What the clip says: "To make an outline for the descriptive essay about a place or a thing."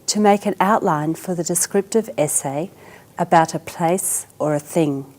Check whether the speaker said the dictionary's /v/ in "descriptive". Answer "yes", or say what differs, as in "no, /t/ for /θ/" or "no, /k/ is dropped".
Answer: yes